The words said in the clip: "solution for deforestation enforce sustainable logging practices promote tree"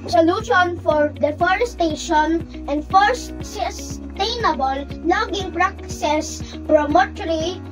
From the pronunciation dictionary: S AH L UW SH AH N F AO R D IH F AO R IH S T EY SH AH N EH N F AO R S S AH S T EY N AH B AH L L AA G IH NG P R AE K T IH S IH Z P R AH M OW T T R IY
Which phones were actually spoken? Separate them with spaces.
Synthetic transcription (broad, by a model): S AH L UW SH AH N F AO R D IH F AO R S T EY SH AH N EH N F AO R S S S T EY N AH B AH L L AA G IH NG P R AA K S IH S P R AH M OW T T R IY